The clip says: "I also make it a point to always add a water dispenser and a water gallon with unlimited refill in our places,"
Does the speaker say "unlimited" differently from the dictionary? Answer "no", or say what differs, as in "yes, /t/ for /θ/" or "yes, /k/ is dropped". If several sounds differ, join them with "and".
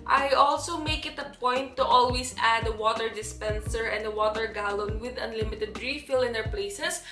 no